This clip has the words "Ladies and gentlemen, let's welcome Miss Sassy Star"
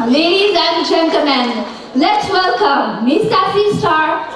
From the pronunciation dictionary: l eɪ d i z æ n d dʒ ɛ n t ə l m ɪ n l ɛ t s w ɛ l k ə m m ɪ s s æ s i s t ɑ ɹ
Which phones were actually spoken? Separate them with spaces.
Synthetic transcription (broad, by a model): l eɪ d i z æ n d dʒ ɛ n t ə m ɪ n l ɛ t s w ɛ l k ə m m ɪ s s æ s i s t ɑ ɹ